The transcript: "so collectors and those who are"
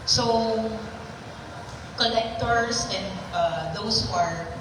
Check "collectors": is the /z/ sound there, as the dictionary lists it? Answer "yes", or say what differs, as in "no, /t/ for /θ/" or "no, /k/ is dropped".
no, /s/ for /z/